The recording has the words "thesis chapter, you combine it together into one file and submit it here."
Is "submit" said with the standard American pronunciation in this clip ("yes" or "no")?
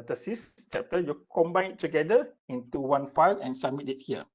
no